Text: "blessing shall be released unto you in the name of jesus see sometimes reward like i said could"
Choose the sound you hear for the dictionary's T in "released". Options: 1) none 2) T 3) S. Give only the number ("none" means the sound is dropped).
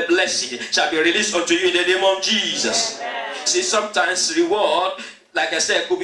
2